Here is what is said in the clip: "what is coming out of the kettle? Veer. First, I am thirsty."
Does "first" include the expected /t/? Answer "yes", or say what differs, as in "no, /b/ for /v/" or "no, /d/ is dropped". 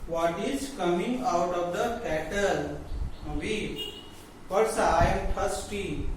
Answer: no, /t/ is dropped